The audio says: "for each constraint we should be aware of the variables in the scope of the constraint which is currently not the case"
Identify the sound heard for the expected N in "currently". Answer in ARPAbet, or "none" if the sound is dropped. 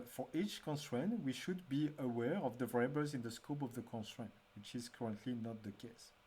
N